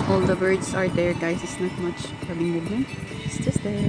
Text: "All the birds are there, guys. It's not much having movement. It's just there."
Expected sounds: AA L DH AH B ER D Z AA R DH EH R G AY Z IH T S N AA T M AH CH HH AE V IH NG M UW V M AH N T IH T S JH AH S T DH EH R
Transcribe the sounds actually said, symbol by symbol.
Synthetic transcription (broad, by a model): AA L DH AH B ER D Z AA R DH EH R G AY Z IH T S N AA T M AH CH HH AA B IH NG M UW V AH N IH T S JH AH S T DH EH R